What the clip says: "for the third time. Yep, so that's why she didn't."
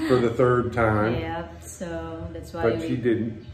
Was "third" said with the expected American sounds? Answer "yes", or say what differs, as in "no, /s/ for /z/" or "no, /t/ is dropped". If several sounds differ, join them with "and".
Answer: yes